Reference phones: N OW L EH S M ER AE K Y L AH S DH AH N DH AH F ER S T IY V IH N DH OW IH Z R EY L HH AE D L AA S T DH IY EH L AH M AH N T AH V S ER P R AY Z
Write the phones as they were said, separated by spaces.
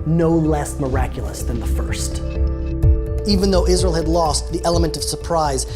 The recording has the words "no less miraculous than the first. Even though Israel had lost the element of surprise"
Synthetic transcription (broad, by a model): N OW L EH S M ER AE K Y L AH S DH AH N DH AH F ER S T IY V IH N DH OW IH Z R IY L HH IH D L AA S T DH IY EH L AH M AH N T AH V S ER P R AY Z